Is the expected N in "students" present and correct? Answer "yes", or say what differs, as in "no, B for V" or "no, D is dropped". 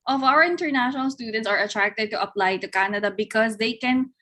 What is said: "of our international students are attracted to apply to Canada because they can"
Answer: yes